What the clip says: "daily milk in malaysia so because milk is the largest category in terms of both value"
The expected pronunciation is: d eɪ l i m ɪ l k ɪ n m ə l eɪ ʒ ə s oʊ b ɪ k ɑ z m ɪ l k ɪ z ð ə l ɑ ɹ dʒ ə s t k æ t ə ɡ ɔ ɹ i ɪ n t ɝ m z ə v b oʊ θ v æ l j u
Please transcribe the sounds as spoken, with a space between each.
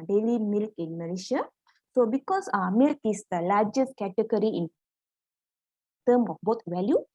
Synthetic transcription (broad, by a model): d eɪ l i m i l k ɪ n m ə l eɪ ʃ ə s oʊ b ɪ k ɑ s m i l k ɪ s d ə l ɑ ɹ dʒ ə s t k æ t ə ɡ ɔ ɹ i ɪ n t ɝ m ə f b oʊ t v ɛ l j u